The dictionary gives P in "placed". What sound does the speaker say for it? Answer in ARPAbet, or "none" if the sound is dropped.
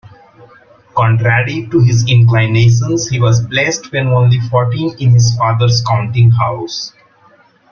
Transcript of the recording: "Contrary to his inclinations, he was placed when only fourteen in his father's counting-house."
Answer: B